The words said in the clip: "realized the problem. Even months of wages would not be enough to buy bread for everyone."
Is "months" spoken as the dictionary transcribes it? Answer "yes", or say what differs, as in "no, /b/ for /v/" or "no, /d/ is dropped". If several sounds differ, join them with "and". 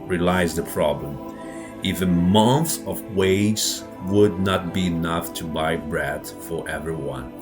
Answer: no, /s/ is dropped